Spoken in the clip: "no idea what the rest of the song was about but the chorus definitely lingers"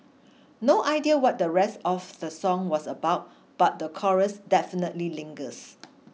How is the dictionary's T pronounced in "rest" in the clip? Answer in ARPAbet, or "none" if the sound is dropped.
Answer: T